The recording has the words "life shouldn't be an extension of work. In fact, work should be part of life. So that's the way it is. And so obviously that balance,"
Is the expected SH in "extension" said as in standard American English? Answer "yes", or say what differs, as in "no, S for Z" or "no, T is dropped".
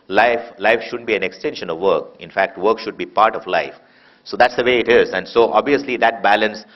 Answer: yes